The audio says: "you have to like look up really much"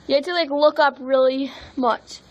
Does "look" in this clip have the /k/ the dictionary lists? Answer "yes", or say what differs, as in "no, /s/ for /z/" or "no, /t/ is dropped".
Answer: yes